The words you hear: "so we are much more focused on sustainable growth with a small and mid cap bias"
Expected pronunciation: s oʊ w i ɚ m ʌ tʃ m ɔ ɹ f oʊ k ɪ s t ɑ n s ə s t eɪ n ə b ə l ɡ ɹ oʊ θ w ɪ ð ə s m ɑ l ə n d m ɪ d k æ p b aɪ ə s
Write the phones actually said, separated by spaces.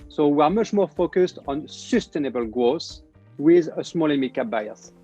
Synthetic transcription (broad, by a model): s oʊ w i ɚ m ʌ tʃ m ɔ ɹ f oʊ k ɪ s t ɑ n s ə s t eɪ n ə b ə l ɡ ɹ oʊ s w ɪ ð ə s m ɑ l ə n m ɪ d k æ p b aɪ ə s